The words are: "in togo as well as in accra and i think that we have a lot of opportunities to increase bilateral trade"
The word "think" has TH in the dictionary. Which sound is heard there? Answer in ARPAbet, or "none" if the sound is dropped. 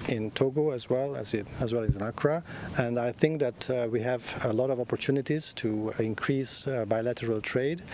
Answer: TH